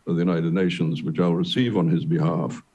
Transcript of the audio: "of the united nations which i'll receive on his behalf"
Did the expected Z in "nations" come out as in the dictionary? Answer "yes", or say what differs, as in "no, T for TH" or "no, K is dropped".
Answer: yes